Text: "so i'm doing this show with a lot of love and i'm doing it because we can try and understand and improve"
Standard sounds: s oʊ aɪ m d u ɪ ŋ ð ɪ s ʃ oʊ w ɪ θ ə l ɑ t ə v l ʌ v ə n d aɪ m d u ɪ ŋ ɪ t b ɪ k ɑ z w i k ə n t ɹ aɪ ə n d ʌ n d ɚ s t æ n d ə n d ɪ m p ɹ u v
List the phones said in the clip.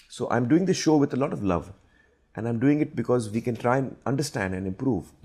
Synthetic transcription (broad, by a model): s oʊ aɪ m d u ɪ ŋ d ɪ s ʃ oʊ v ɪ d ə l ɑ t ə v l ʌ v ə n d aɪ m d u ɪ ŋ ɪ t b ɪ k ɑ z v i k ə n t ɹ aɪ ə n ʌ n d ɚ s t æ n d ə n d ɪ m p ɹ u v